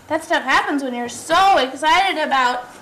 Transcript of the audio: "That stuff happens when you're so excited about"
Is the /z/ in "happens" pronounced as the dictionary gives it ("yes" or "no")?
yes